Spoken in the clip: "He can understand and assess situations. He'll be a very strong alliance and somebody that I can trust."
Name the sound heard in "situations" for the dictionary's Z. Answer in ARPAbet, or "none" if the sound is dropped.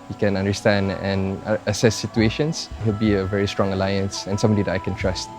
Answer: S